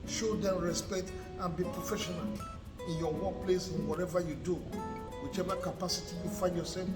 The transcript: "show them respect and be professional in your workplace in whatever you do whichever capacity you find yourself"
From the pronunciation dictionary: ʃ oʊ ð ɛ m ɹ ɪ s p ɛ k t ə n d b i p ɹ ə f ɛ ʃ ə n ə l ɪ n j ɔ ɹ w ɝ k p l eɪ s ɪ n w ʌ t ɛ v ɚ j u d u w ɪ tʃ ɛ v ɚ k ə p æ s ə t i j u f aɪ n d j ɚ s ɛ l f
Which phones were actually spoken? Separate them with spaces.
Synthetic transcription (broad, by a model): ʃ oʊ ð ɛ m ɹ ɪ s p ɛ k t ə n b i p ɹ ə f ɛ ʃ ə n ə l ɪ n j ɔ w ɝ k p l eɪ s ɪ n w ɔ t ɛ v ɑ j u d u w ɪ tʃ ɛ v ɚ k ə p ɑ s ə t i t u f aɪ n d j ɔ s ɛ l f